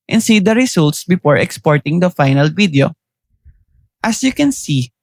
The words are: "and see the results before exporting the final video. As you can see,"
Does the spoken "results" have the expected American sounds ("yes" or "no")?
no